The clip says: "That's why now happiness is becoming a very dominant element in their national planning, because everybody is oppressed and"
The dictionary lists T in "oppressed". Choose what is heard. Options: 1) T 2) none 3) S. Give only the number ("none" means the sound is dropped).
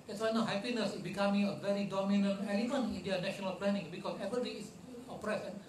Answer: 2